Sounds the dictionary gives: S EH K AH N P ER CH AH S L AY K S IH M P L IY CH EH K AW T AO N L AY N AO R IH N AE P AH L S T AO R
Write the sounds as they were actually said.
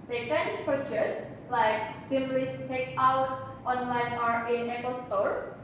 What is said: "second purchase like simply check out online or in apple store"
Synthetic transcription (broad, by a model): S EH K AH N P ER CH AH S L AY K S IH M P L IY S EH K AW T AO N L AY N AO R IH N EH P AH L S T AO R